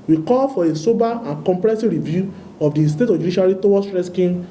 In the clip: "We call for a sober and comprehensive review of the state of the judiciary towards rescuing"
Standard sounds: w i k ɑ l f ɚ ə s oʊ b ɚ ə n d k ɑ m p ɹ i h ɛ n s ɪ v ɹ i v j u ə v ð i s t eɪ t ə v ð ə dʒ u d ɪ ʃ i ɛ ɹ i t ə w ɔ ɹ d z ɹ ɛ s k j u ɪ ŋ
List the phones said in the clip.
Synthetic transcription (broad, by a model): w i k ɑ l f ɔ ə s oʊ b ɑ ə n k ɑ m p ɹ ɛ s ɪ ɹ i v j u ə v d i s t eɪ t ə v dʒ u d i ʃ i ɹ i t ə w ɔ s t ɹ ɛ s k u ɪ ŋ